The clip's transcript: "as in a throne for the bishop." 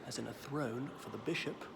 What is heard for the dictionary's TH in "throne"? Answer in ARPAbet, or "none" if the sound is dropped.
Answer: TH